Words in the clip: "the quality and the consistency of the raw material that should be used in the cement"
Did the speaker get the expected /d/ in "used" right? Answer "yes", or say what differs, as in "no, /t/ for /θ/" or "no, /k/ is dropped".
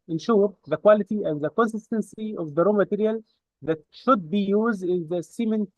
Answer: yes